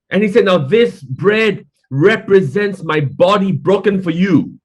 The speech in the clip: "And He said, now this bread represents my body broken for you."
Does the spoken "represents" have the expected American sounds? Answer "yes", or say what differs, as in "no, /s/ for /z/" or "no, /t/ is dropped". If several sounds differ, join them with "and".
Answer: yes